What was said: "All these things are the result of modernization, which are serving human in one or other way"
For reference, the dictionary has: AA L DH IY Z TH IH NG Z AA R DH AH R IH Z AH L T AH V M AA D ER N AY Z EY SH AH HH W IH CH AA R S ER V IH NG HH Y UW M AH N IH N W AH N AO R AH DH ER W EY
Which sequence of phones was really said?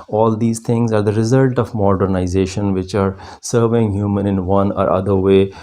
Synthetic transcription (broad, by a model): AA L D IY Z T IH NG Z AA R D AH R IH Z AH L T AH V M AA D ER N AY Z EY SH AH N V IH CH AA R S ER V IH NG HH Y UW M AH N IH N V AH N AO R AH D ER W EY